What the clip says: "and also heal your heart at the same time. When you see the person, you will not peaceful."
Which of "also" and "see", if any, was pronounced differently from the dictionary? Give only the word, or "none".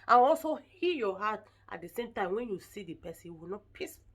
none